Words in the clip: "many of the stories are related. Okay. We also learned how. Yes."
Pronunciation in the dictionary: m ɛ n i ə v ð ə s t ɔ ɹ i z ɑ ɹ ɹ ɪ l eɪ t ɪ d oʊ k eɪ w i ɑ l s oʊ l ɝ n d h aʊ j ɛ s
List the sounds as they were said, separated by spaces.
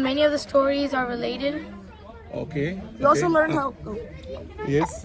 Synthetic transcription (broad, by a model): m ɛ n i ə v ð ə s t ɔ ɹ i z ɑ ɹ ɹ ɪ l eɪ t ɪ d oʊ k eɪ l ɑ s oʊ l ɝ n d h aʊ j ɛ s